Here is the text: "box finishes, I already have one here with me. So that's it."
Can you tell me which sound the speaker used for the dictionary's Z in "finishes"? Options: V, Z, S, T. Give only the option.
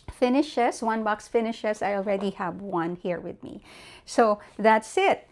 S